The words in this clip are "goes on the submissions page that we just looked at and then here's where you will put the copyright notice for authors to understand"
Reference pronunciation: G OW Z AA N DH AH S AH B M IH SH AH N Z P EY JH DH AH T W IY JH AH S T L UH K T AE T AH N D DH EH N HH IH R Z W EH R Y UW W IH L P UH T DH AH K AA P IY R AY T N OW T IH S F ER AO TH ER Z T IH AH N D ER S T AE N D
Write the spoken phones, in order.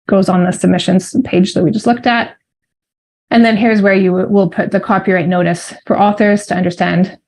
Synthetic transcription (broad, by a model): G OW Z N DH AH S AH B M IH SH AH N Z P EY JH DH AH T W IY JH AH S T L UH K T AE T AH N DH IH N HH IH R Z W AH R Y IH W IH L P UH T DH AH K AA P IY R AY T N OW T IH S F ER AO TH ER Z T IH AH N D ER S T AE N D